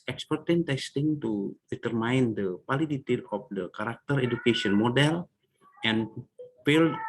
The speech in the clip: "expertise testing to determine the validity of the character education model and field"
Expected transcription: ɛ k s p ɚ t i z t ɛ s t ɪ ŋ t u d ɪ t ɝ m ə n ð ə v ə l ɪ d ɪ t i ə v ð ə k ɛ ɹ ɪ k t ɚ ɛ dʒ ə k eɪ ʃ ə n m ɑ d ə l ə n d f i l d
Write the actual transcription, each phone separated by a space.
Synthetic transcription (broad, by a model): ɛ k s p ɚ t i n t ɛ s t ɪ ŋ t u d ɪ t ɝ m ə n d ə p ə l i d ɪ t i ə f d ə k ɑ ɹ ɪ k t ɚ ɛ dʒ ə k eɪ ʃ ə n m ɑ d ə l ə n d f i l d